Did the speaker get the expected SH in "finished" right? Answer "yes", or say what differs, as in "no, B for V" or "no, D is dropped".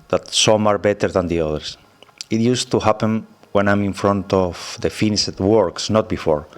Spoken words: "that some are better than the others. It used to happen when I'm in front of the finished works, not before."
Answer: no, SH is dropped